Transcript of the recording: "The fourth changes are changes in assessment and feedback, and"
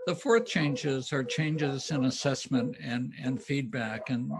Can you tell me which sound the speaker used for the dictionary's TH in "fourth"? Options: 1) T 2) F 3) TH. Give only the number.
3